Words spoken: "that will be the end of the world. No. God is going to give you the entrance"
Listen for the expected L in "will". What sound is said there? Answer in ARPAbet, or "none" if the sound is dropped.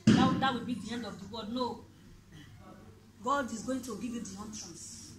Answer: W